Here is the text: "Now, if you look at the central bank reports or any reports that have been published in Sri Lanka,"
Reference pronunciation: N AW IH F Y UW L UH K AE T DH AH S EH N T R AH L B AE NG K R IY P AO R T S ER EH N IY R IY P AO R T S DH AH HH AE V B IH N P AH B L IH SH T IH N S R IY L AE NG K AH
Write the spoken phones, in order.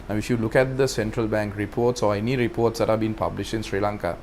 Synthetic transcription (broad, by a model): N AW IH F Y UW L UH K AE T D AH S EH N T R AH L B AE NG K R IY P AO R T S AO EH N IY R IY P AO R T S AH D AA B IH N P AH B L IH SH IH N S R IY L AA NG K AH